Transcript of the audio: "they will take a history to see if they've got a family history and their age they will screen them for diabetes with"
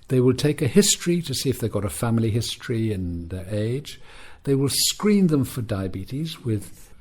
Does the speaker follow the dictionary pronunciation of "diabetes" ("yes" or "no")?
yes